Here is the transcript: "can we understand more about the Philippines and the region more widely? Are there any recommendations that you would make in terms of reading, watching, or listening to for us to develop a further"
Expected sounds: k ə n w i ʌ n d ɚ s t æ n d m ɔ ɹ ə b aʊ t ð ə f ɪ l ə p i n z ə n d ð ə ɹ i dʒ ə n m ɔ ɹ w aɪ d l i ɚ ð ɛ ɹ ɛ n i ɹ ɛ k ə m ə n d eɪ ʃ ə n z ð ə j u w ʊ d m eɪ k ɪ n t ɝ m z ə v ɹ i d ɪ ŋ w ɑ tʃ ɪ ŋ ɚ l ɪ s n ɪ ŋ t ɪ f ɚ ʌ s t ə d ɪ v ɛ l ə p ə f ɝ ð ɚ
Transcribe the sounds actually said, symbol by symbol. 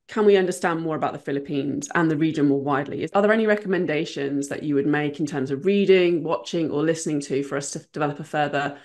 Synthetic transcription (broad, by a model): k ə n w i ʌ n d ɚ s t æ n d m ɔ ɹ ə b aʊ t ð ə f ɪ l ə p i n z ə n ð ə ɹ i dʒ ə n m ɔ w aɪ d l i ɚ ð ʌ ɹ ɛ n i ɹ ɛ k ə m ə n d eɪ ʃ ə n z ð ə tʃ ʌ w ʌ d m eɪ k ɪ n t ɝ m z ə v ɹ i d ɪ ŋ w ɑ tʃ ɪ ŋ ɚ l ɪ s n ɪ ŋ t ɪ f ɚ ʌ s t ə d ɪ v ɛ l ə p ə f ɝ ð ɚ